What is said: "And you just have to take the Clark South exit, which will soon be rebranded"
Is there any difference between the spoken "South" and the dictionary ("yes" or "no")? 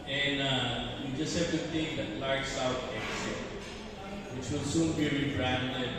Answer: yes